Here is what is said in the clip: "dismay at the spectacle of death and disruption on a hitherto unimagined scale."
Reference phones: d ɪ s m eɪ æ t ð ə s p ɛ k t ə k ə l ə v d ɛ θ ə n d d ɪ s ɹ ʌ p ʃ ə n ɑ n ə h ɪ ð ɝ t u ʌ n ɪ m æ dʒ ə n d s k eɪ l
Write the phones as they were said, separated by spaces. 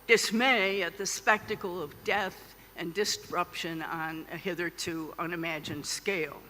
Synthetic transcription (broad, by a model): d ɪ s m eɪ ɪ t ð ə s p ɛ k t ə k l ə v d ɛ θ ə n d d ɪ s ɹ ʌ p ʃ ə n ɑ n ə h ɪ ð ɝ t u ʌ n ɪ m æ dʒ ə n d s k eɪ l